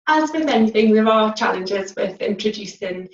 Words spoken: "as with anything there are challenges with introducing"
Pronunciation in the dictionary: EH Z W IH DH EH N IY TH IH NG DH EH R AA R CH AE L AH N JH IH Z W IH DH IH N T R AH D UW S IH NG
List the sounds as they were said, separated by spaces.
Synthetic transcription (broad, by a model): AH Z W IH DH EH N IY TH IH NG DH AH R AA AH CH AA L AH N JH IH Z W IH DH IH N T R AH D UW S IH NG